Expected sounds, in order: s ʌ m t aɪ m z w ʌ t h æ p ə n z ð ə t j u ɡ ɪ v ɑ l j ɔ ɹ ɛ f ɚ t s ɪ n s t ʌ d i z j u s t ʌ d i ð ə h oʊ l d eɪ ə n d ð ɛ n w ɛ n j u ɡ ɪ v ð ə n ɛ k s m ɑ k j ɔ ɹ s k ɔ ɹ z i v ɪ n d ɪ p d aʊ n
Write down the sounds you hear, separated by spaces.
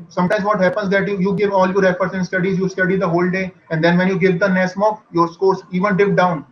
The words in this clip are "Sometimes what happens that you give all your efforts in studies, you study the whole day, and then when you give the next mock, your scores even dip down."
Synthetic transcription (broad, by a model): s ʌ m t aɪ m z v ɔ t h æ p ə n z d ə t j u ɡ ɪ v ɑ l j ɔ ɹ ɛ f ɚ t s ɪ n s t ʌ d i z j u s t ʌ d i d ə h oʊ l d eɪ ə n d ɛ n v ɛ n j u ɡ ɪ v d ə n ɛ s m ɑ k j ɔ ɹ s k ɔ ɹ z i v ɪ n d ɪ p d aʊ n